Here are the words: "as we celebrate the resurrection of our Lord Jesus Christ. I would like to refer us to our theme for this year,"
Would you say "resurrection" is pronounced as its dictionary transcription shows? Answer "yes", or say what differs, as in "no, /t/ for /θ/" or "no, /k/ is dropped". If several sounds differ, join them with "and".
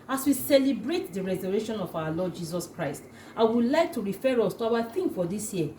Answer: no, /k/ is dropped